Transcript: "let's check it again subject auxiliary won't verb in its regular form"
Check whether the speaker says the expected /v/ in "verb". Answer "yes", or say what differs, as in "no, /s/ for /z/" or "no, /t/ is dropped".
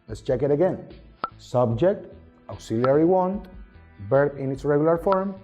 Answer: no, /b/ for /v/